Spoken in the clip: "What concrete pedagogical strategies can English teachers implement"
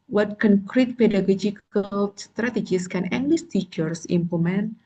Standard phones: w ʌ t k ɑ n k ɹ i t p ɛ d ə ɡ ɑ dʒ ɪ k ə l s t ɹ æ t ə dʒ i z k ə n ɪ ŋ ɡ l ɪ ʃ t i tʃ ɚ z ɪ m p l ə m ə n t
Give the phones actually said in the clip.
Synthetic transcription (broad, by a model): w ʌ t k ɑ n k ɹ i t p ɛ d ə ɡ ɑ dʒ ɪ k ə l s t ɹ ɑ t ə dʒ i s k ə n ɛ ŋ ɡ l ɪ s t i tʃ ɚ s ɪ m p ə m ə n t